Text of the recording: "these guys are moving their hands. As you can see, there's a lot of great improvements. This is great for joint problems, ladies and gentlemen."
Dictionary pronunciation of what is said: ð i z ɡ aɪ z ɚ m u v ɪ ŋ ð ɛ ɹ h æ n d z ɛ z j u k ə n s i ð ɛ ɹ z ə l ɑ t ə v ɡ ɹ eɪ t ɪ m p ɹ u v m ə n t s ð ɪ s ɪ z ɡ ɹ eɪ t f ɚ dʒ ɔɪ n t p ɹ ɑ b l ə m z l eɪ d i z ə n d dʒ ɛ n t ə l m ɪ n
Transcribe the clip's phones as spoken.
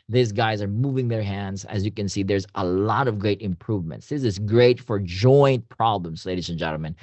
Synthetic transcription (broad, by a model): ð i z ɡ aɪ z ɚ m u v ɪ ŋ ð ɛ ɹ h æ n d z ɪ z j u k ə n s i ð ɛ ɹ z ə l ɑ t ə v ɡ ɹ eɪ t ɪ m p ɹ u v m ə n t s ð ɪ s ɪ z ɡ ɹ eɪ t f ɚ dʒ ɔɪ n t p ɹ ɑ b l ə m z l eɪ d i z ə n dʒ ɛ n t l m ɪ n